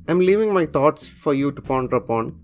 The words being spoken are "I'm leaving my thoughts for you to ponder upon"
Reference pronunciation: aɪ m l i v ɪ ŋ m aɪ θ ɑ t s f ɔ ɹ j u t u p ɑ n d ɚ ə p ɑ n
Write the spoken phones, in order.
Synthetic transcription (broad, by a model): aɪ m l i v ɪ ŋ m aɪ t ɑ t s f ɔ ɹ j u t u p ɑ n d ɚ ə p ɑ n